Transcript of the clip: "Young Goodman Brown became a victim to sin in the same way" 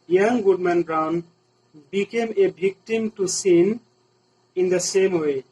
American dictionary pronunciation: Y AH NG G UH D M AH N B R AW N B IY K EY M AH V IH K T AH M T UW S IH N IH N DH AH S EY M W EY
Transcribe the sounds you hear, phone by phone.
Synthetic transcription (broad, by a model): Y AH NG G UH D M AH N B R AW N B IY K EY M AH B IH K T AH M T UW S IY N IH N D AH S EY M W EY